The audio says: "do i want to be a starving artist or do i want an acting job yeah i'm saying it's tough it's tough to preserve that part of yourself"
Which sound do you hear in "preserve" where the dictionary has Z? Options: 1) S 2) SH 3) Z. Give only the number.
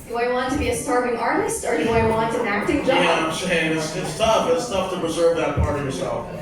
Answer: 3